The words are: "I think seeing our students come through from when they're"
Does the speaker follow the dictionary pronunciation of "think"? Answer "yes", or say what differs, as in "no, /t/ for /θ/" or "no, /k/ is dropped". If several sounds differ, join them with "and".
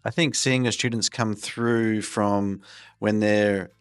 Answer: yes